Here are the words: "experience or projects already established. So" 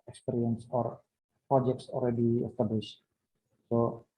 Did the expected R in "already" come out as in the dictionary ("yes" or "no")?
no